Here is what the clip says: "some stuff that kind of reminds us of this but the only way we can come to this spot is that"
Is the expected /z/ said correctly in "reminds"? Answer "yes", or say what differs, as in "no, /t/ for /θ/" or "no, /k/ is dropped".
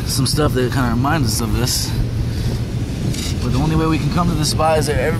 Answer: yes